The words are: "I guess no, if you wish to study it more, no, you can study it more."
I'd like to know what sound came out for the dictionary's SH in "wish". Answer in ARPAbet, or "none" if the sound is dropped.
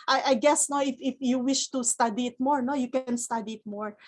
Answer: SH